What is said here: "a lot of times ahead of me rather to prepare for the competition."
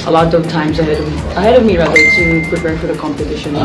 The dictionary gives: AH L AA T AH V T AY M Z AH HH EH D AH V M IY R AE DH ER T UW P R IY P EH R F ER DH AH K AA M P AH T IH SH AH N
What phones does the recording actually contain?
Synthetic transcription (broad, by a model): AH L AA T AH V T AY M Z AH HH EH D AH V M IY R AE DH ER S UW P R IY P EH R F ER DH AH K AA M P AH T IH SH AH N